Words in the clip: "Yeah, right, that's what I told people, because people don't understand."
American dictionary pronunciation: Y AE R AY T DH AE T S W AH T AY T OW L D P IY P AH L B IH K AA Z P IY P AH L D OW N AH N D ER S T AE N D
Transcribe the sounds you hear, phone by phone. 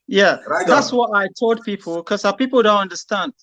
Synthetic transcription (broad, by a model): Y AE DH DH AE T S W AH T AY T OW L D P IY P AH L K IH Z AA P IY P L D OW N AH N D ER S T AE N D